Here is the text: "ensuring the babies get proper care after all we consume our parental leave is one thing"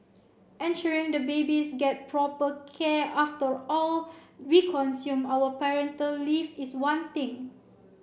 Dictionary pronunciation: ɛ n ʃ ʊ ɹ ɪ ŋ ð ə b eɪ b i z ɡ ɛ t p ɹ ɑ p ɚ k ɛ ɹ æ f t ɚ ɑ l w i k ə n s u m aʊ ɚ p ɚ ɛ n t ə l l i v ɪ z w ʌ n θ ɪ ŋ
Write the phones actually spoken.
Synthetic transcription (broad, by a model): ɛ n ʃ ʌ ɹ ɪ ŋ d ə b eɪ b i s ɡ ɛ t p ɹ ɑ p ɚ k ɛ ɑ f t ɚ ɑ l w i k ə n s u m aʊ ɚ p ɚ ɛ n t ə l l i f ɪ s w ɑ n t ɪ ŋ